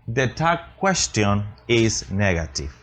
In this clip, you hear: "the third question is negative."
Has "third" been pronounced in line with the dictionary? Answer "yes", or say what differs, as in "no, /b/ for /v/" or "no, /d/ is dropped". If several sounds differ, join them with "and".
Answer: no, /t/ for /θ/